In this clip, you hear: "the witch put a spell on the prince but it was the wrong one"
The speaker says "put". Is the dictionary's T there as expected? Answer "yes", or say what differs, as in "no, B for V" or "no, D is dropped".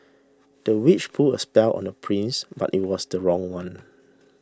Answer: no, T is dropped